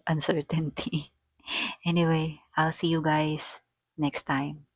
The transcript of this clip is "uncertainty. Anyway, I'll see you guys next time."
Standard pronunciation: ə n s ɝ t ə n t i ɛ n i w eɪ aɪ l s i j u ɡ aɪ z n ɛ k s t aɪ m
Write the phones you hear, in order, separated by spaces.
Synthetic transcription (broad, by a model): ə n s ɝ t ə n t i ɛ n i w eɪ aɪ l s i j u ɡ aɪ s n ɛ k s t aɪ m